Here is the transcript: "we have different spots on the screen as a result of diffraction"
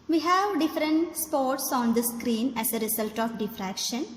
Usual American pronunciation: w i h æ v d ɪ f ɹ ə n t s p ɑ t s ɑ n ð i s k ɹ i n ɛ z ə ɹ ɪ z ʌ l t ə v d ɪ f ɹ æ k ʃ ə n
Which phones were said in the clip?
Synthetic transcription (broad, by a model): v i h æ v d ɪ f ɹ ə n t s p ɑ t s ɑ n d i s k ɹ i n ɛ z ə ɹ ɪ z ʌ l t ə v d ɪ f ɹ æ k ʃ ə n